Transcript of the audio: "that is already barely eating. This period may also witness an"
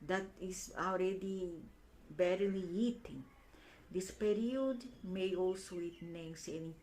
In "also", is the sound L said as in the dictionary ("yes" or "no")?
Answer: yes